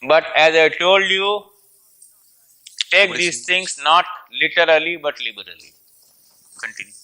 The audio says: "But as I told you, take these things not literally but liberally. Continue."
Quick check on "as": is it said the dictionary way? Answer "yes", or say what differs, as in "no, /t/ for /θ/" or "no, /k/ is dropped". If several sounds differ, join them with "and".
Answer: yes